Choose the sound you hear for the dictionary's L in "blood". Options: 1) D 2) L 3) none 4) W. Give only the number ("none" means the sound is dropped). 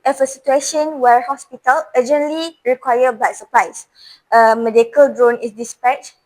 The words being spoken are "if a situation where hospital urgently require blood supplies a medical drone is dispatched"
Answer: 3